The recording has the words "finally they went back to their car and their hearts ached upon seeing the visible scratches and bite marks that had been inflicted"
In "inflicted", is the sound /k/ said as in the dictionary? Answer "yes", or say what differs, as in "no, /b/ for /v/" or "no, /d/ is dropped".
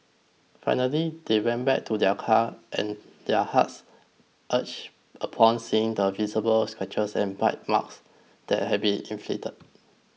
no, /k/ is dropped